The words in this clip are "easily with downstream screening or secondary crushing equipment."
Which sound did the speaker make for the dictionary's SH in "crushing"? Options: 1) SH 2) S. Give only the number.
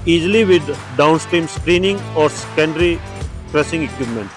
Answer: 2